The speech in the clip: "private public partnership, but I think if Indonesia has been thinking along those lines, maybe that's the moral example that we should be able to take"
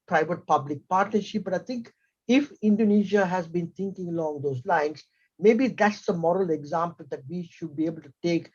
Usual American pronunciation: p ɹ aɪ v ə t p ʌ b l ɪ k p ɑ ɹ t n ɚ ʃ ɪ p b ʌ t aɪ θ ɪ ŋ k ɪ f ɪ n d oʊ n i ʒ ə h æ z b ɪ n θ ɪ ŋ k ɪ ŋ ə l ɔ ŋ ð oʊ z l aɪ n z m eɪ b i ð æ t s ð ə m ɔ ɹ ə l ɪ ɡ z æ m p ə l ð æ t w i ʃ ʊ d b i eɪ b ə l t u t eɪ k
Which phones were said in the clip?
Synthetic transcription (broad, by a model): p ɹ aɪ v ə t p ʌ b l ɪ k p ɑ ɹ t n ɚ ʃ ɪ p b ʌ t aɪ t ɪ ŋ k ɪ f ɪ n d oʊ n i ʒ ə h æ z b ɪ n t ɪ ŋ k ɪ ŋ ə l ɔ ŋ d oʊ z l aɪ n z m eɪ b i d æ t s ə m ɔ ɹ ə l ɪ ɡ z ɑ m p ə l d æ t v i ʃ ʊ d b i eɪ b ə l t u t eɪ k